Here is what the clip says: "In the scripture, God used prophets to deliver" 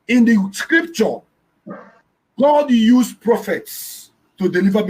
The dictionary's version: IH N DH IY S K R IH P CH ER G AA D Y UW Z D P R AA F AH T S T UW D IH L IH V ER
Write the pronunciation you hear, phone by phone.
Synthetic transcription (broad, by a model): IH N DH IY S K R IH P CH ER G AA D Y UW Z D P R AA F AH T S T UW D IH L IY V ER